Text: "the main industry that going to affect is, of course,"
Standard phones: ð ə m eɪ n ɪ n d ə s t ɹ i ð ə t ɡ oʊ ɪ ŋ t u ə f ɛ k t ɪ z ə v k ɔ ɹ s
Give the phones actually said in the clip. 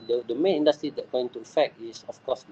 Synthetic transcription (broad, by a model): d ə m eɪ n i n d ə s t ɹ i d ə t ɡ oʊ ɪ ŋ t u ə f ɛ k t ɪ s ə f k ɔ s